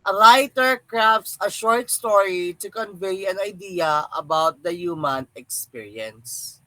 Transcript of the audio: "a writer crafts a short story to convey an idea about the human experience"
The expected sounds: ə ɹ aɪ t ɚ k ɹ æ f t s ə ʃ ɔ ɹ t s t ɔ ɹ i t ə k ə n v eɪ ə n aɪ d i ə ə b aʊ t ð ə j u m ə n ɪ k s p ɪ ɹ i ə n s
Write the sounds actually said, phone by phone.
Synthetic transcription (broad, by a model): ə ɹ aɪ t ɚ k ɹ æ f t s ə ʃ ɔ ɹ t s t ɔ ɹ i t ə k ə n v eɪ ə n aɪ d i ə ə b aʊ t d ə j u m ə n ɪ k s p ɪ ɹ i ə n s